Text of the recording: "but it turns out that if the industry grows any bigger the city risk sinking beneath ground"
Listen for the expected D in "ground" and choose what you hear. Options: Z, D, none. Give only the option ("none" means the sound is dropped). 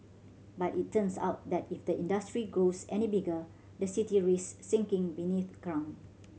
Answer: none